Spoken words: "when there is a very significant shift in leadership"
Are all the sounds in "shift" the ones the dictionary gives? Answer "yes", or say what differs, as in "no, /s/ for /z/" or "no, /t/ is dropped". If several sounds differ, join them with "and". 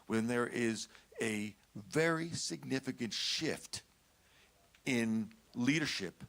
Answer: yes